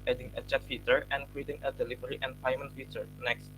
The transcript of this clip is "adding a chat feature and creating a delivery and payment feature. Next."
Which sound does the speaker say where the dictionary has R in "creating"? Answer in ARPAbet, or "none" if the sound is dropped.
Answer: W